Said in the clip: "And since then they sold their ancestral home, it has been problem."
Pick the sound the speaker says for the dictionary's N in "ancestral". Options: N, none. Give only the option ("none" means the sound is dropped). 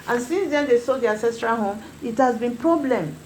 none